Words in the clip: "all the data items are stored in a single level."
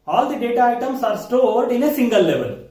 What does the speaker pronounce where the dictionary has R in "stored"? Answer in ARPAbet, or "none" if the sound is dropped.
R